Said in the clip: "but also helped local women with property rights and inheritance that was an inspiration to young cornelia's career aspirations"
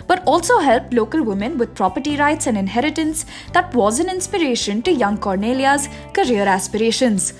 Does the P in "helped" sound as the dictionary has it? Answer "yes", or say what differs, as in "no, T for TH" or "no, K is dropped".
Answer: yes